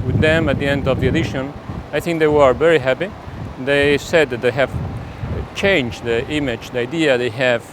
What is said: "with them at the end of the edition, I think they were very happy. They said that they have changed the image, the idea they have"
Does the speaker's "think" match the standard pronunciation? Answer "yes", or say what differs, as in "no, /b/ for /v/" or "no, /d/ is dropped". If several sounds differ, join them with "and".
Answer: yes